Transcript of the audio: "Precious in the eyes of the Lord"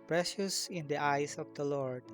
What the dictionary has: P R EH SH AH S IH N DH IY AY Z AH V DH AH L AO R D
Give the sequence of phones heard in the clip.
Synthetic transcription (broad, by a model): P R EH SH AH S IH N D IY AY S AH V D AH L AO R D